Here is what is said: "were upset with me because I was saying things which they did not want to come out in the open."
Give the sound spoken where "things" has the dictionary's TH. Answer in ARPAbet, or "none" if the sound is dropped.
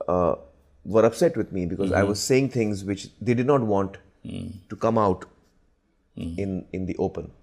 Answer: T